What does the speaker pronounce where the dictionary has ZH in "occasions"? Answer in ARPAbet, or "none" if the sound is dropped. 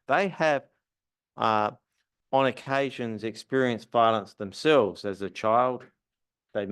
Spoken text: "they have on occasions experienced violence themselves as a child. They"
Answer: ZH